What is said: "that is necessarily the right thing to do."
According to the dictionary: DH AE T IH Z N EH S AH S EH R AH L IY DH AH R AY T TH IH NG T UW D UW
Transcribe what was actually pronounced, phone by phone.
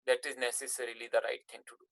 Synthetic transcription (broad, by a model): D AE T IH Z N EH S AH S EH R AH L IY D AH R AY T T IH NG T UW D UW